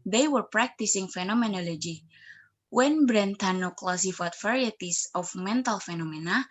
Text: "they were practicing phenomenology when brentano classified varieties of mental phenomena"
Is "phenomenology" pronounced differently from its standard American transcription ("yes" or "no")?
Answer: no